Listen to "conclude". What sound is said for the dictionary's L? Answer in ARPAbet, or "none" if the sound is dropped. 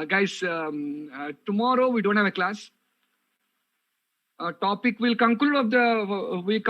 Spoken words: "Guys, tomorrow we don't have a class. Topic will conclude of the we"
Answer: none